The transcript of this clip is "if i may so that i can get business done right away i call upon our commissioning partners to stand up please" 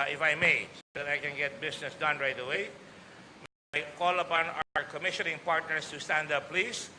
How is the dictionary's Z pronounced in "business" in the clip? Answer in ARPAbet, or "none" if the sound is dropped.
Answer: S